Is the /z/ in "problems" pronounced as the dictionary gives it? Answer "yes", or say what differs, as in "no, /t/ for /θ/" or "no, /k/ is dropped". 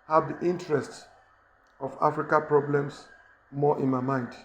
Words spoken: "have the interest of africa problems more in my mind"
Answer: no, /s/ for /z/